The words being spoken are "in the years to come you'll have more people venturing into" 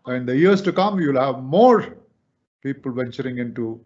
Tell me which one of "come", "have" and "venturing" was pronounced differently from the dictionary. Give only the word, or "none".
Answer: none